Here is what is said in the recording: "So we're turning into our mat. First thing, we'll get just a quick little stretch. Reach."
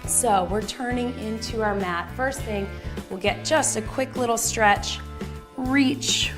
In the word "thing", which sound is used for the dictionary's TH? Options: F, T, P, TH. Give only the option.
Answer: TH